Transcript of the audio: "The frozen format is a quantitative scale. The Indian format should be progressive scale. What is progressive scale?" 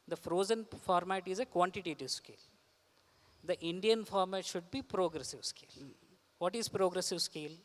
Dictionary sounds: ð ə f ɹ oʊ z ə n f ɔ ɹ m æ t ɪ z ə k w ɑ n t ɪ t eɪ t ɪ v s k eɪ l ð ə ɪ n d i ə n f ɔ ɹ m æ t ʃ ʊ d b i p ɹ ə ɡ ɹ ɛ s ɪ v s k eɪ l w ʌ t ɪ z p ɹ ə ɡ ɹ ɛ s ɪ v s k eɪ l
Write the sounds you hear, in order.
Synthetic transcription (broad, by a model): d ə f ɹ oʊ z ə n f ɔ ɹ m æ t ɪ z ə k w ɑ n t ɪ t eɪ t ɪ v s k eɪ l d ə ɪ n d i ə n f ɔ ɹ m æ t ʃ ʊ d b i p ɹ ə ɡ ɹ ɛ s ɪ v s k eɪ l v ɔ t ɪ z p ɹ ə ɡ ɹ ɛ s ɪ v s k eɪ l